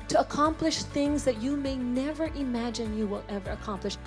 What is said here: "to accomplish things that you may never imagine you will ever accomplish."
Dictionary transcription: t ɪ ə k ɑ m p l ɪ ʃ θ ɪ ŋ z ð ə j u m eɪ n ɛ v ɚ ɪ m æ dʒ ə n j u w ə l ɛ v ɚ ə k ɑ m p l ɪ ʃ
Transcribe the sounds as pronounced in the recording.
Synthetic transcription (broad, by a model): t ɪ ə k ɑ m p l ɪ ʃ θ ɪ ŋ z ð ə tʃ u m eɪ n ɛ v ɚ ɪ m æ dʒ ə n j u w ə l ɛ v ɚ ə k ɑ m p l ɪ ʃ